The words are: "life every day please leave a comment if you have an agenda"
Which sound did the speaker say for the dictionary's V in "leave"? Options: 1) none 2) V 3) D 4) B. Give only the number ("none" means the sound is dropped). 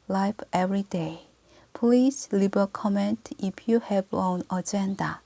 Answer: 4